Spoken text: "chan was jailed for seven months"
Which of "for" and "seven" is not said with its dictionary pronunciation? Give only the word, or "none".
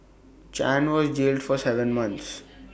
none